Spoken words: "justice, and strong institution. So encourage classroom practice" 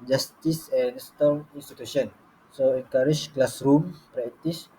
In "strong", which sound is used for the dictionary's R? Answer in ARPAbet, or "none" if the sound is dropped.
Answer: none